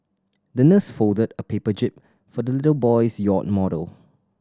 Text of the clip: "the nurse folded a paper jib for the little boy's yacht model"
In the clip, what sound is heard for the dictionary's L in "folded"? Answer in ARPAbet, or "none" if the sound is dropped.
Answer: L